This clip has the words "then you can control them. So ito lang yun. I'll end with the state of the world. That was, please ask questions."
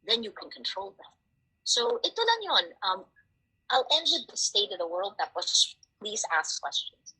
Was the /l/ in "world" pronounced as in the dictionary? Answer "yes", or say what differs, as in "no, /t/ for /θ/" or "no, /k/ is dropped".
yes